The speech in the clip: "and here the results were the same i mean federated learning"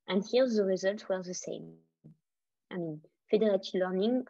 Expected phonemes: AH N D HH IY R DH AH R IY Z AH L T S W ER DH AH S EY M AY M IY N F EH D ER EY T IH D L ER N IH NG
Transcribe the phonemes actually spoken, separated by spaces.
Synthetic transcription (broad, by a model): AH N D HH IY R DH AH R IY Z AH L T S W ER DH AH S EY M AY M IY N F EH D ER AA T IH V L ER N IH NG